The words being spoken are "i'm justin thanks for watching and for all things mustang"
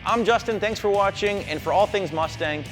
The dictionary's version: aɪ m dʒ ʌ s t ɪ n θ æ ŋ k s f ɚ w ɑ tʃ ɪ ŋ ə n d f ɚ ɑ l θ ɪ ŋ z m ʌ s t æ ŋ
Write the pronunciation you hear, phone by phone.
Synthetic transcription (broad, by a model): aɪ m dʒ ʌ s t ɪ n θ æ ŋ k s f ɚ w ɑ tʃ ɪ ŋ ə n f ɚ ɑ l θ ɪ ŋ z m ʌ s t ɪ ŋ